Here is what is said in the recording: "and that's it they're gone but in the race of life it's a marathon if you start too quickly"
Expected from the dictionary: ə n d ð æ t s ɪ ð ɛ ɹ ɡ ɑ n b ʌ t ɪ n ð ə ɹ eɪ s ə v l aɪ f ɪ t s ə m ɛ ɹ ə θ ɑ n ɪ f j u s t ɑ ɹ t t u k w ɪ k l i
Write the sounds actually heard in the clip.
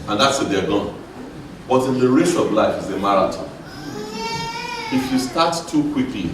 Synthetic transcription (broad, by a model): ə n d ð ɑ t s ɪ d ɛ ɡ ɑ n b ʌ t ɪ n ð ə ɹ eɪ ʃ ə v l aɪ f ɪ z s ə m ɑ ɹ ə t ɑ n ɪ f j u s t ɑ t t u k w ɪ k l i